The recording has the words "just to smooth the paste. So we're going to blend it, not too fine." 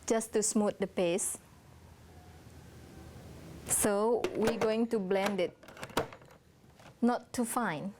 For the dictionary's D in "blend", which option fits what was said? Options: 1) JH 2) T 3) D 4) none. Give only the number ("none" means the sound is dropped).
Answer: 3